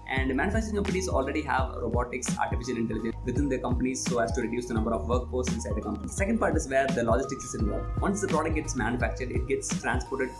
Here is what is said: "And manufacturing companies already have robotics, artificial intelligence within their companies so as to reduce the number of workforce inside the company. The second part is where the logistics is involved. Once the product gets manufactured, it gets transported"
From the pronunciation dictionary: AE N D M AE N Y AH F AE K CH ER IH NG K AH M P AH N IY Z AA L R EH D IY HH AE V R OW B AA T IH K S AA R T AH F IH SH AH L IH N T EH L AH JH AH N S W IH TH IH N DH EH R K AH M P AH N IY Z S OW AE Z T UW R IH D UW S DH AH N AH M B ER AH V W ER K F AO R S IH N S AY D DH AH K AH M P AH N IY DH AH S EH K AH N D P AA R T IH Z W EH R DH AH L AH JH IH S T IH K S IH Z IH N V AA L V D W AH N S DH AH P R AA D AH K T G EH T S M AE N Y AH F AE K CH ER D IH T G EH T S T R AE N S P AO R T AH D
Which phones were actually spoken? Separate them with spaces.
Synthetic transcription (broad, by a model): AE N D M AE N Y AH F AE K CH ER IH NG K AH M P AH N IY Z AA L R EH D IY HH AE V R OW B AA T IH K S AA R T AH F IH SH AH L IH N T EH L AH JH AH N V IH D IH N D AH K AH M P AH N IY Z S OW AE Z T UW R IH D UW S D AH N AH M B ER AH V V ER K P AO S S IH N S AY D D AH K AH M P AH N IY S S EH K AH N D P AA R T IH Z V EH R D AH L AH JH IH S T IH K S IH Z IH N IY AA V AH N S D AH P R AA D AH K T G EH T S M AE N Y AH F AE K CH ER D IH T G EH T S T R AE N S P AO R T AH D